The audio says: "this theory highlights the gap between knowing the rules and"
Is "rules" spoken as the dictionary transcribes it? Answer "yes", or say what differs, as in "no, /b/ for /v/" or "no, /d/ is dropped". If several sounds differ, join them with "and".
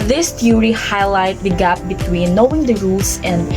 no, /s/ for /z/